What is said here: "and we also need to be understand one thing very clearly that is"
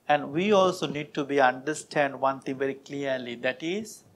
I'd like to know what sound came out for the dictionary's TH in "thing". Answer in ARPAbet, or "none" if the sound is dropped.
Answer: T